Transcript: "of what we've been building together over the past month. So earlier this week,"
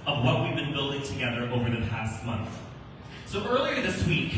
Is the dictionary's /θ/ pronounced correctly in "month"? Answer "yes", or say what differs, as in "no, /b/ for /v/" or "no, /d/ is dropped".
yes